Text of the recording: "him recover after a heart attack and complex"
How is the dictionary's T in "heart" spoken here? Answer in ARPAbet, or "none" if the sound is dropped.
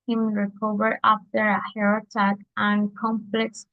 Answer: none